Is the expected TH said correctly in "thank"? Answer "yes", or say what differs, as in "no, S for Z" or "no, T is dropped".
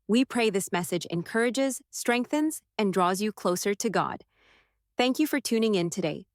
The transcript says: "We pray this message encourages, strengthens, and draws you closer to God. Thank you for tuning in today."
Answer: yes